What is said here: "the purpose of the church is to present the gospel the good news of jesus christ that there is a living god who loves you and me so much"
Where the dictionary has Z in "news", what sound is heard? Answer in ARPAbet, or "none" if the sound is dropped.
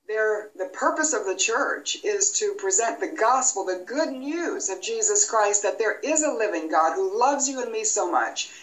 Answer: Z